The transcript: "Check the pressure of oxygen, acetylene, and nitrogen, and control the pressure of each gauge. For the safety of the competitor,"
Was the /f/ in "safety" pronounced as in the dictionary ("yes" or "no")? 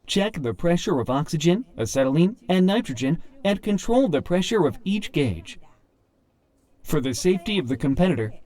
yes